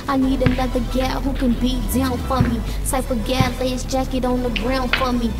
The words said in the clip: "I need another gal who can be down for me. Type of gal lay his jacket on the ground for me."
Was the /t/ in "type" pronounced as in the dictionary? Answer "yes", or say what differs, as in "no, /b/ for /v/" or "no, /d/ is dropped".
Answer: no, /s/ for /t/